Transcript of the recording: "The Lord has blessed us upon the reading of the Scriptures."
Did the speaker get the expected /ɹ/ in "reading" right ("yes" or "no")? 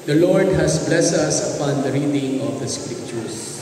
yes